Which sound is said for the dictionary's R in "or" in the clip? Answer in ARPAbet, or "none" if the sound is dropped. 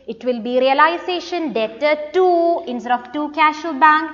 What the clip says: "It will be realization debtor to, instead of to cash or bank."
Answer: L